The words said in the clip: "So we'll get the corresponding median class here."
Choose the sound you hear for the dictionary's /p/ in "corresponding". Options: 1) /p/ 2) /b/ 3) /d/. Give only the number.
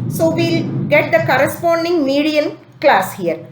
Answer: 1